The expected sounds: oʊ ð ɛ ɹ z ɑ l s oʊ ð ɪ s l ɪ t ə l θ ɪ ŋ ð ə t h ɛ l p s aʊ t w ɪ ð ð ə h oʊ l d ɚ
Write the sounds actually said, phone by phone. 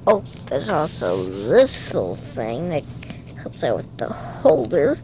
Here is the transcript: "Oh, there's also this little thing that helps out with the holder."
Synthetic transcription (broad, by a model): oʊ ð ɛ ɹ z ɑ l s oʊ ð ɪ s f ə l θ ɪ ŋ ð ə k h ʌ p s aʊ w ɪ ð ð ə h oʊ l d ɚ